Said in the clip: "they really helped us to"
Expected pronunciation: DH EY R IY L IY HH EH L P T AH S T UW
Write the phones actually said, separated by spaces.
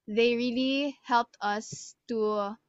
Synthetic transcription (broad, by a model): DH EY R IY L IY HH EH L P T AH S T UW